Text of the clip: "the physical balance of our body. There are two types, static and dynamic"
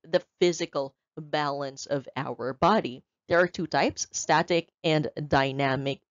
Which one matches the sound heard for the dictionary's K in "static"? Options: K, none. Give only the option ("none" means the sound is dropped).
K